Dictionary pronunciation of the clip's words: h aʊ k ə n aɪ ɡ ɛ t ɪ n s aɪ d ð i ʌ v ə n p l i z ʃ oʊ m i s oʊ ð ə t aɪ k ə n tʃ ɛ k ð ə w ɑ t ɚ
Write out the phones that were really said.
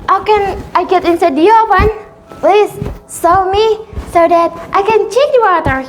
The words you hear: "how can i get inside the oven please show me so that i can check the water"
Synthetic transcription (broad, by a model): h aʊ k ə n aɪ ɡ ɛ t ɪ n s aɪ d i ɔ p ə n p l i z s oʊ m i s oʊ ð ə t aɪ k ə n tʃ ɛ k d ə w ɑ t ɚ